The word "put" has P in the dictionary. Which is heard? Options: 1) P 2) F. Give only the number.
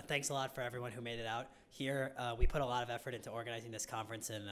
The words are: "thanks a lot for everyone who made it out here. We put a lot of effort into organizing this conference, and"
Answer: 1